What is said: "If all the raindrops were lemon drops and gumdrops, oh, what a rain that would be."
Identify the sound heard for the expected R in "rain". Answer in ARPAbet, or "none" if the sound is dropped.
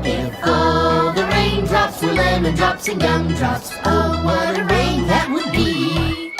R